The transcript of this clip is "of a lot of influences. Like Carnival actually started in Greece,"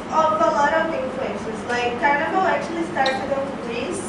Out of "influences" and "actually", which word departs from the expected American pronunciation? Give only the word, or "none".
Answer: influences